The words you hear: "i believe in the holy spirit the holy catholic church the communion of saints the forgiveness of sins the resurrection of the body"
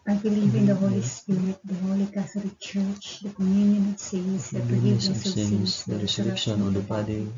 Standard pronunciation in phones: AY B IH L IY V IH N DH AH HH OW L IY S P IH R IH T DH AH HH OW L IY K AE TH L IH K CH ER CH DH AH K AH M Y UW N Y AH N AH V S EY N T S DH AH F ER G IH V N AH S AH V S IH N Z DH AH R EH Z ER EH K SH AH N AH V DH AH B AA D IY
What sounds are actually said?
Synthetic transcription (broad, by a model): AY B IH L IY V IH N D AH HH OW L IY S P IH R IH T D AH HH OW L IY K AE T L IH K CH ER CH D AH K AH M Y UW N Y AH N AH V S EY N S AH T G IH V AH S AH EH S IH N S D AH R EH S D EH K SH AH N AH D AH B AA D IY